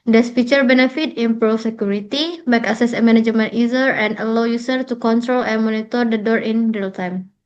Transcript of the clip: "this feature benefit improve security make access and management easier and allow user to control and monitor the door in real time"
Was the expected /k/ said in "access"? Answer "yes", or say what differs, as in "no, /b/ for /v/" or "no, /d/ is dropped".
no, /k/ is dropped